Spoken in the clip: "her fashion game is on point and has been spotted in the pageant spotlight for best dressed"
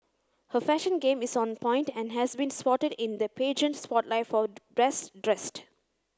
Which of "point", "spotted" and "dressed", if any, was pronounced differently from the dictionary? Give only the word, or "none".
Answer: none